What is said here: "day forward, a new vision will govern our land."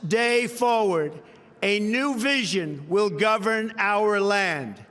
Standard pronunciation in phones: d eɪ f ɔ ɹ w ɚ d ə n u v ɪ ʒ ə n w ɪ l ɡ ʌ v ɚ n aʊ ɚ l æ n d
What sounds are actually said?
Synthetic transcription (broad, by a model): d eɪ f ɔ ɹ w ɚ d ə n u v ɪ ʒ ə n w ɪ l ɡ ʌ v ɚ n aʊ ɚ l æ n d